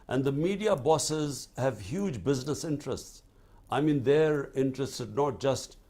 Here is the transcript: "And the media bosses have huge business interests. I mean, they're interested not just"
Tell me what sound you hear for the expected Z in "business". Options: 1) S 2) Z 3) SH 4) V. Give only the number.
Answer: 2